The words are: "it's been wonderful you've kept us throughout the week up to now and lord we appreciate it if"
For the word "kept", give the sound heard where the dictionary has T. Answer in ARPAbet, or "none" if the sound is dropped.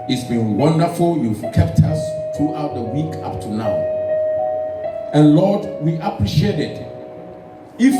T